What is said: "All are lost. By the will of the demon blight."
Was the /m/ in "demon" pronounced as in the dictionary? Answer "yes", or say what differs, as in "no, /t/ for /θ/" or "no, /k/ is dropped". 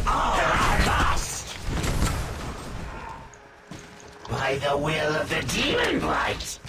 no, /m/ is dropped